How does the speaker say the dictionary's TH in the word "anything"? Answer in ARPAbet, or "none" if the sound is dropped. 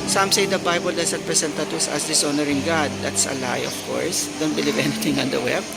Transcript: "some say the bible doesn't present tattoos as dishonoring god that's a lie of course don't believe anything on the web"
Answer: T